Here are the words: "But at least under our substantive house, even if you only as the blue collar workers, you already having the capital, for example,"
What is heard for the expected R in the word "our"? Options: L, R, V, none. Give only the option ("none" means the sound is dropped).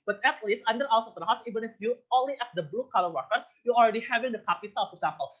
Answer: L